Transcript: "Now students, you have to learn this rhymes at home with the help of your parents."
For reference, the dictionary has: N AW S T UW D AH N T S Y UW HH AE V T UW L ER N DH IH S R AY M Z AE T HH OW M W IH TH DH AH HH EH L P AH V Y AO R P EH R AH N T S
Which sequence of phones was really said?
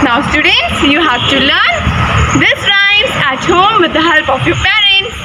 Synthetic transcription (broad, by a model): N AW S T UW D AH N T S Y UW HH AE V T UW L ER N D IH S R AY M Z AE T HH OW M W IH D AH HH EH L P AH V Y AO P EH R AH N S